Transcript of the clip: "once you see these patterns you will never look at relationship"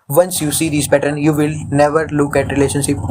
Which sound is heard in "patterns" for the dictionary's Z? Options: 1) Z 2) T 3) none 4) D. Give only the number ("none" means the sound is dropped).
3